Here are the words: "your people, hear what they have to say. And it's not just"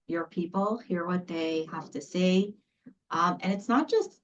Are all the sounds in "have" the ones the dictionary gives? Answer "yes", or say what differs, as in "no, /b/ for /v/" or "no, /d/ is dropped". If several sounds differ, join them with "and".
no, /f/ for /v/